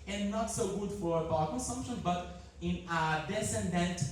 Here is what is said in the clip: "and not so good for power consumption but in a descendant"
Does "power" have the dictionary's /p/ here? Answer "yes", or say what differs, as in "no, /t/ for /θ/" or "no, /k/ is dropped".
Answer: no, /b/ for /p/